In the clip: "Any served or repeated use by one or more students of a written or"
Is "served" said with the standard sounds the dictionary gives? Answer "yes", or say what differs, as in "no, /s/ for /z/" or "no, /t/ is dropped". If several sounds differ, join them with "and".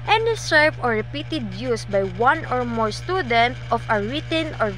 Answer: no, /d/ is dropped